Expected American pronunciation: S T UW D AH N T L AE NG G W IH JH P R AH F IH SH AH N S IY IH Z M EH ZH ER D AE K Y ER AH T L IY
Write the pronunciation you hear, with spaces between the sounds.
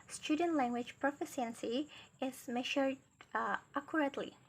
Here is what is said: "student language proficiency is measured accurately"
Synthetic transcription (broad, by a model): S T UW D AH N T L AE NG G W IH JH P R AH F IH S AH N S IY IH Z M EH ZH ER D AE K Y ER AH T L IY